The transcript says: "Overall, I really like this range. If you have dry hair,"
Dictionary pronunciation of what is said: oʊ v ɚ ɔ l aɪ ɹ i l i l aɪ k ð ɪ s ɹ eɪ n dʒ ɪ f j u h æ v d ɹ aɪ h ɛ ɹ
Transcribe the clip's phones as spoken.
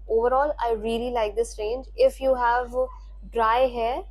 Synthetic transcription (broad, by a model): oʊ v ɚ ɔ l aɪ ɹ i l i l aɪ k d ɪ s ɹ eɪ n dʒ ɪ f j u h æ v d ɹ aɪ h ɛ